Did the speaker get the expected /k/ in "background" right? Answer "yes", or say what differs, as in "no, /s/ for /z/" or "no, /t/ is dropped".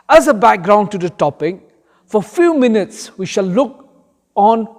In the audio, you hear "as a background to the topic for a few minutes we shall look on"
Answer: yes